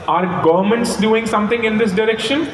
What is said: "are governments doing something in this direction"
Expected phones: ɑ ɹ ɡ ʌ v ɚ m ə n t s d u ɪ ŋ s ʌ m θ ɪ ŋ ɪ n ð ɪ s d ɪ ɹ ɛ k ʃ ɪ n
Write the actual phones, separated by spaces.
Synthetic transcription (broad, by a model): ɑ ɹ ɡ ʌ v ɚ m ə n t s d u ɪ ŋ s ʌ m t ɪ ŋ ɪ n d ɪ s d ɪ ɹ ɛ k ʃ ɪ n